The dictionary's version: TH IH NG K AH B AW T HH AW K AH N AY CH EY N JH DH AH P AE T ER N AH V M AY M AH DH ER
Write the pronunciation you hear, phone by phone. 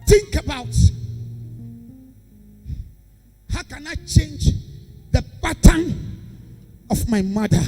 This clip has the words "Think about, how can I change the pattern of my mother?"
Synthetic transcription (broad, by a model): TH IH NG K AH B AW T HH AW K AH N AY CH EY N JH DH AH B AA T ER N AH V M AY M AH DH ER